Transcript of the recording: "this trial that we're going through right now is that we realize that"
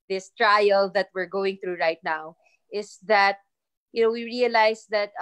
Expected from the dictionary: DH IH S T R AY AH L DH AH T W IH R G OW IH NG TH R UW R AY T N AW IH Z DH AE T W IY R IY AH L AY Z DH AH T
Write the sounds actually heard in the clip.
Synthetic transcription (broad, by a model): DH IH S T R AY AH L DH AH T W IH R G OW IH NG TH R UW R AY T N AW IH S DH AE T W IY R IY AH L AY S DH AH T